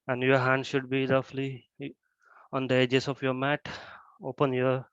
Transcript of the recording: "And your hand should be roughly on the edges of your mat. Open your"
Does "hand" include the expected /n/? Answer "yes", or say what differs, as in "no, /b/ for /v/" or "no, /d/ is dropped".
yes